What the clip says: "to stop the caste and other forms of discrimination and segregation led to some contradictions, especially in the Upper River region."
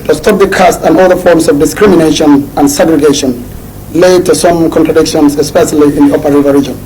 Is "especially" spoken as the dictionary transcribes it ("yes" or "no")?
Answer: yes